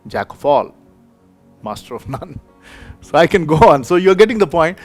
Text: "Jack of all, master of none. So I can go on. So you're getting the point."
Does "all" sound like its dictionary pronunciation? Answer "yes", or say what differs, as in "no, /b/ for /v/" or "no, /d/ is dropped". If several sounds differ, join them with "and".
yes